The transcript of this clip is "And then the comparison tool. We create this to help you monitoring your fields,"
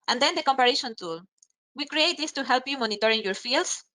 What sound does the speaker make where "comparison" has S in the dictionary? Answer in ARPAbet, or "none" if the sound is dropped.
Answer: SH